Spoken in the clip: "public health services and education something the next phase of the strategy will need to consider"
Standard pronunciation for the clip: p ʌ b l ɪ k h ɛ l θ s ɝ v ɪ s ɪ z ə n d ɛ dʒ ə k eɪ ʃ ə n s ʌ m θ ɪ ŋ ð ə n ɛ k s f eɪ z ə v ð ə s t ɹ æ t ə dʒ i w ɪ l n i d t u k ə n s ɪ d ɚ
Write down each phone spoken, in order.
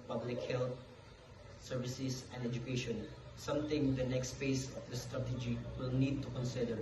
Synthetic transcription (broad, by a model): p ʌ b l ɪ k h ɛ l t s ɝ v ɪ s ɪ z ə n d ɛ dʒ ə k eɪ ʃ ə n s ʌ m t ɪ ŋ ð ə n ɛ k s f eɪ s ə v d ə s t ɹ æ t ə dʒ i w ɪ l n i d t u k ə n s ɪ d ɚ